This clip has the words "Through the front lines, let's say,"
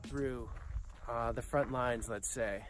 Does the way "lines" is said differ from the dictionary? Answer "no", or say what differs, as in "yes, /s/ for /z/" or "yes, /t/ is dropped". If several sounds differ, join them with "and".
no